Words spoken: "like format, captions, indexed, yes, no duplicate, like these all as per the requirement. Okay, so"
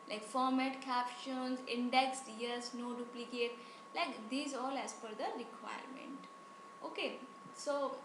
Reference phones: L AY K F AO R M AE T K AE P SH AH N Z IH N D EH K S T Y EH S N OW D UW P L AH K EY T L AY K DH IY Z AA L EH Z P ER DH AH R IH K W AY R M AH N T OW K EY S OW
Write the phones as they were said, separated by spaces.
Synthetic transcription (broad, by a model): L AY K F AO R M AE T K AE P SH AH N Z IH N D EH K S T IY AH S N OW D UW P L AH K EY T L AY K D IY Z AA L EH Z F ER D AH R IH K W AY R M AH N T OW K EY S OW